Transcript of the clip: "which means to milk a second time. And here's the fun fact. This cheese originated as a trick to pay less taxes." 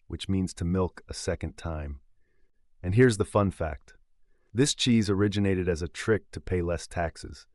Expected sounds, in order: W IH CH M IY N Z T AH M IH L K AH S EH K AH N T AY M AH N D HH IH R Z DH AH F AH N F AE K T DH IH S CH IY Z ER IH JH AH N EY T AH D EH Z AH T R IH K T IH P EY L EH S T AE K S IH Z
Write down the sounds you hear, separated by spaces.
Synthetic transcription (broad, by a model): W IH CH M IY N Z T AH M IH L K AH S EH K AH N T AY M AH N HH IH R Z DH AH F AH N F AE K T DH IH S CH IY Z ER IH JH AH N EY T AH D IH Z AH T R IH K T IH P EY L EH S T AE K S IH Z